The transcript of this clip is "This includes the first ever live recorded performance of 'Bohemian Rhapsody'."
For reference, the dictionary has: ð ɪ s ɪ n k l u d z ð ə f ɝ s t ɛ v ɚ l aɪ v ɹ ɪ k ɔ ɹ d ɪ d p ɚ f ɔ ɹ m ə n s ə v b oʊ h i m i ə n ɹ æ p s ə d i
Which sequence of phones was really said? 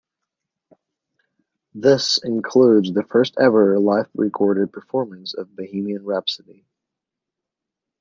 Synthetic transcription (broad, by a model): ð ɪ s ɪ n k l u d z ð ə f ɝ s t ɛ v ɚ l aɪ f ɹ ɪ k ɔ ɹ d ɪ d p ɚ f ɔ ɹ m ə n s ə v b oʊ h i m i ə n ɹ æ p s ə d i